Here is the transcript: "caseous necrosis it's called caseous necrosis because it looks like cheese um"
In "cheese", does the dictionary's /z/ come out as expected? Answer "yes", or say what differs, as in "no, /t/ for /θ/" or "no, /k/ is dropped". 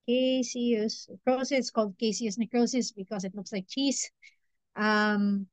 no, /s/ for /z/